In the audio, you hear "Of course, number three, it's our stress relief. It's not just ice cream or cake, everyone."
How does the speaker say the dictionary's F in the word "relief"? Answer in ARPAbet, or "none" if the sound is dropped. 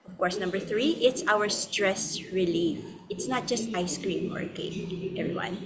F